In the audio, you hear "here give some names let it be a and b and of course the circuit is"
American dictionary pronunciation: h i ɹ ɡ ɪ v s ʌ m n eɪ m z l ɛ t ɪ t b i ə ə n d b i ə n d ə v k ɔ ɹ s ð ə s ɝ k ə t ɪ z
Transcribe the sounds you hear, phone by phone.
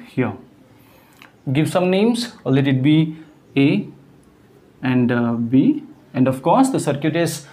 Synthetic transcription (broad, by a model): h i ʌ ɡ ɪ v s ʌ m n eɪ m s l ɛ t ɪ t b i ə ə n d b i ə n d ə f k ɔ s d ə s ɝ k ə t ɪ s